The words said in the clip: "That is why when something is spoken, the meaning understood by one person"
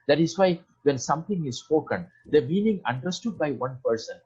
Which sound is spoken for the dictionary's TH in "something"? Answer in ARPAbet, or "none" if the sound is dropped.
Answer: T